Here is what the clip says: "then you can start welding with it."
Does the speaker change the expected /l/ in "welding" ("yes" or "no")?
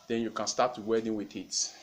yes